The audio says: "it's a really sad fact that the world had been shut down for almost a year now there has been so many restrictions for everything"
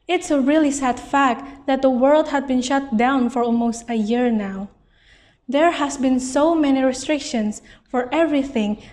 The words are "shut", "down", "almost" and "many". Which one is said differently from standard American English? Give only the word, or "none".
none